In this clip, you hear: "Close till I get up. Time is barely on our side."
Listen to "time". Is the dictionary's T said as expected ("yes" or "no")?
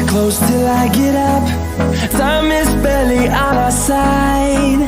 no